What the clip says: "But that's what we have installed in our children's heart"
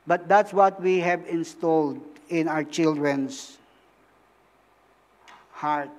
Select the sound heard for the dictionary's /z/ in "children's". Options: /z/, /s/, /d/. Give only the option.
/s/